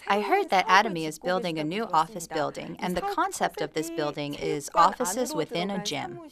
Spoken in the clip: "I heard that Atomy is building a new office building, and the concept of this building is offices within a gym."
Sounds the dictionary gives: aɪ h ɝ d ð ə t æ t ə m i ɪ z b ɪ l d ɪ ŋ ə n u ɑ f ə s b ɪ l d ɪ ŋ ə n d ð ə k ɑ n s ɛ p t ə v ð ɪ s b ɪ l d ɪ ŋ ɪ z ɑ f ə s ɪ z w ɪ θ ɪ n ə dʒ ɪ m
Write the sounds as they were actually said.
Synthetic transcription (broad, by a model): aɪ h ɝ d ð ə t æ t ə m i ɪ z b ɪ l d ɪ ŋ ə n u ɑ f ə s b ɪ l d ɪ ŋ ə n ð ə k ɑ n s ɛ p t ə v ð ɪ s b ɪ l d ɪ ŋ ɪ z ɑ f ə s ɪ z w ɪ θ ɪ n ə dʒ ɪ m